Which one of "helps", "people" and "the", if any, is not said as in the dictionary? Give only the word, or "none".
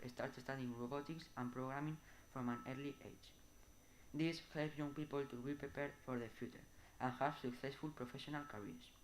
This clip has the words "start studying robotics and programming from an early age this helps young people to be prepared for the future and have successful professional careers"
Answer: helps